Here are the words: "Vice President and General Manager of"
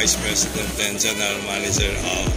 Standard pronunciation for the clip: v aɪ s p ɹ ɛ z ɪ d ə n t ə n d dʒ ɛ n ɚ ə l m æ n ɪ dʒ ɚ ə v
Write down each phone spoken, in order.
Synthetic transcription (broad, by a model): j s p ɹ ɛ s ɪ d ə n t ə n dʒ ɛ n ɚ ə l m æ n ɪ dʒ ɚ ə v